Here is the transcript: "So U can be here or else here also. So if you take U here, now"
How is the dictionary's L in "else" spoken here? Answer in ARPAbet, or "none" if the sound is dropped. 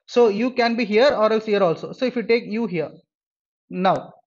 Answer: L